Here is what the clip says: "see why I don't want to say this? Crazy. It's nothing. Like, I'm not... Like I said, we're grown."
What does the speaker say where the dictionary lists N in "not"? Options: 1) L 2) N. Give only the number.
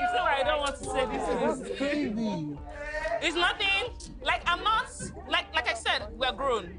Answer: 1